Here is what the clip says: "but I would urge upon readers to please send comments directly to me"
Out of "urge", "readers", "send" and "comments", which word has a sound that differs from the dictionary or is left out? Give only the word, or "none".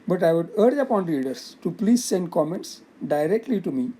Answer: readers